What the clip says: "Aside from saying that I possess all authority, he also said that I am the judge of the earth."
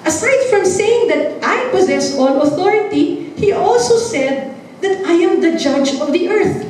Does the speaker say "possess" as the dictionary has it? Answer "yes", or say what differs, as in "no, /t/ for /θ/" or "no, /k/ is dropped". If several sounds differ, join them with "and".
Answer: yes